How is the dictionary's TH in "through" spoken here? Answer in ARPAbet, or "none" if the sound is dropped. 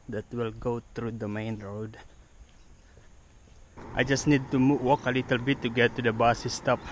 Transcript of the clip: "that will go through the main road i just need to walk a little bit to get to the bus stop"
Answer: T